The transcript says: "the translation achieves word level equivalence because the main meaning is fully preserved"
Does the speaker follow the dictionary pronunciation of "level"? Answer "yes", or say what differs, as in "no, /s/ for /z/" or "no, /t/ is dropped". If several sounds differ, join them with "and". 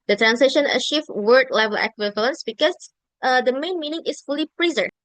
yes